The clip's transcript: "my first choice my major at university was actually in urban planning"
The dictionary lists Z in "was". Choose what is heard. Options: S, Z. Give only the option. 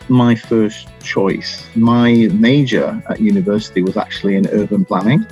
Z